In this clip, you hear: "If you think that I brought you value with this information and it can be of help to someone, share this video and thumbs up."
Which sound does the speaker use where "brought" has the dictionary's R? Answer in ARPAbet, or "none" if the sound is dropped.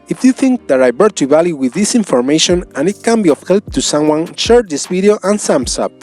none